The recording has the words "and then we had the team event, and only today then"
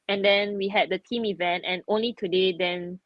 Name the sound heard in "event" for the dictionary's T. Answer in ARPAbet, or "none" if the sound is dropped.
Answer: T